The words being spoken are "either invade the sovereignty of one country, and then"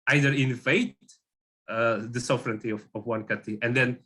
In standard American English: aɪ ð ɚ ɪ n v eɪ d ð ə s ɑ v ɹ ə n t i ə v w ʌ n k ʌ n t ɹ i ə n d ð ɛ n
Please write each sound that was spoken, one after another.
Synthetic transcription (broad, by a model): aɪ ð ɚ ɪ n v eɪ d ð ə s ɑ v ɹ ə n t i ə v w ʌ n k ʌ t i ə n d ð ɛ n